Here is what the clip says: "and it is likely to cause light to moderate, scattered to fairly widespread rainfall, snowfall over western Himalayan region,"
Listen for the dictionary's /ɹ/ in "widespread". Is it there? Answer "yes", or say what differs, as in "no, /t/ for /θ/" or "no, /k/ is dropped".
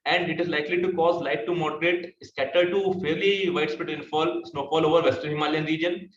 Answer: no, /ɹ/ is dropped